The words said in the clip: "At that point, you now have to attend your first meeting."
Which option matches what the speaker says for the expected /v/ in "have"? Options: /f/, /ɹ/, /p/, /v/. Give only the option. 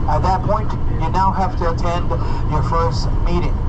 /f/